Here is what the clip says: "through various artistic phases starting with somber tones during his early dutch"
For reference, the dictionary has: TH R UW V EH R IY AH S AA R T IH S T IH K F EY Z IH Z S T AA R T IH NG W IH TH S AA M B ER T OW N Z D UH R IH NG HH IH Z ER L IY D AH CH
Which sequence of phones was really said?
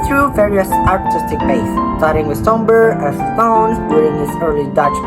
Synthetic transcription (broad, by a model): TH R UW V EH R IY AH S AA R T IH S T IH K P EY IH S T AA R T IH NG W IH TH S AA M B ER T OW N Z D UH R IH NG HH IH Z ER L IY D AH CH